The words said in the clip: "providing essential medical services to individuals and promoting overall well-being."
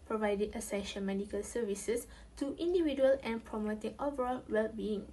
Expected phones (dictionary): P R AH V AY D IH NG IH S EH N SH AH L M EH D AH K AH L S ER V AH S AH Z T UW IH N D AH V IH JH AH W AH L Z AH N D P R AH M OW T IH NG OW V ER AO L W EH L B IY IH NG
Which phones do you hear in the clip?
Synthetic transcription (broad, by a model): P R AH V AY D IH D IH S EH SH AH N M EH D AH K AH L S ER V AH S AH S T UW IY N D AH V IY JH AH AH L AH N P R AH M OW T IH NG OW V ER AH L W EH L B IY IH NG